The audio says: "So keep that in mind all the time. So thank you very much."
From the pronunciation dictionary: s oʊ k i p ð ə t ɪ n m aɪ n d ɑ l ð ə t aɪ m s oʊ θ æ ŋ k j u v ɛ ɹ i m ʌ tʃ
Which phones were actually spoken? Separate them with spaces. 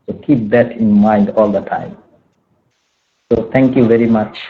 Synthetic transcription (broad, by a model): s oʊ k i p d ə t ɪ n m aɪ n d ɑ l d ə t aɪ m s oʊ t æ ŋ k j u v ɛ ɹ i m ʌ tʃ